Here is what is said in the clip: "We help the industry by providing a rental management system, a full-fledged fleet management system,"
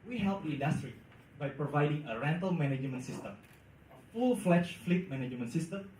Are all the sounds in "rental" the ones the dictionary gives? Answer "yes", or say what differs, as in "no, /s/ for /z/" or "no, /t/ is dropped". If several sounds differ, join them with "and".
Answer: yes